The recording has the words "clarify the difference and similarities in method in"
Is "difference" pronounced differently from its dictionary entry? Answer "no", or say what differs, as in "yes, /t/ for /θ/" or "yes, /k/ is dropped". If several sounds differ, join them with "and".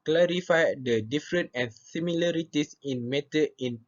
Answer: yes, /s/ is dropped